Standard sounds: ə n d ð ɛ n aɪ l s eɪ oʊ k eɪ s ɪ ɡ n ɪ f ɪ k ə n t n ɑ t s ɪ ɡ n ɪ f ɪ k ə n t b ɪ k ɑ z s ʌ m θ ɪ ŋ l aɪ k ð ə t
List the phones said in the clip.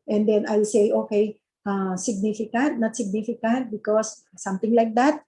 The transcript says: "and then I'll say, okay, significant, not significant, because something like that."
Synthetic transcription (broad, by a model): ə n d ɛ n aɪ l s eɪ oʊ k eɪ s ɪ ɡ n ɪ f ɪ k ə n t n ɑ t s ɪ ɡ n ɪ f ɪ k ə n t b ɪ k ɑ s s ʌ m t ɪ ŋ l aɪ k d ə t